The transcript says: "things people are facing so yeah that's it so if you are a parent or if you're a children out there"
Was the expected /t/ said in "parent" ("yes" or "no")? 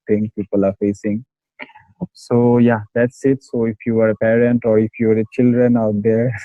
yes